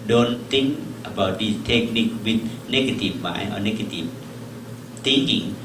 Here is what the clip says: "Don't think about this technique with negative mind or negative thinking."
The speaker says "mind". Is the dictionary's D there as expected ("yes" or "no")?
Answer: no